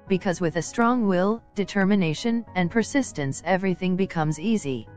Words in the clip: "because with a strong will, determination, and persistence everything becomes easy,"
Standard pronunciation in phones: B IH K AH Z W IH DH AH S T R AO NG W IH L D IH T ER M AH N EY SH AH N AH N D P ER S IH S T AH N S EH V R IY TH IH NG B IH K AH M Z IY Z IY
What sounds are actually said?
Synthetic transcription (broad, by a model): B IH K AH Z W IH DH AH S T R AO NG W IH L D IH T ER M AH N EY SH AH N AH N P ER S IH S T AH N S EH V R IY TH IH NG B IH K AH M Z IY Z IY